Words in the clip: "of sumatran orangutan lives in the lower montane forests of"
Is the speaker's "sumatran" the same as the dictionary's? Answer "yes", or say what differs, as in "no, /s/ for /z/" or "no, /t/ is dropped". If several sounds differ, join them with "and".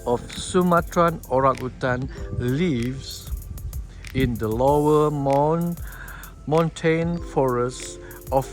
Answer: yes